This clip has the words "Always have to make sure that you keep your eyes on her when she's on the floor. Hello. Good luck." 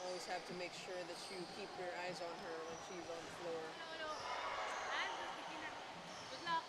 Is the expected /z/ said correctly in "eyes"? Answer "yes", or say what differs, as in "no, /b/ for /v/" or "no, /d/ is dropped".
yes